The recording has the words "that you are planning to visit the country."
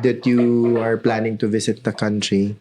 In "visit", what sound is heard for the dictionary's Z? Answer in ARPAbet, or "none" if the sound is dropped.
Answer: S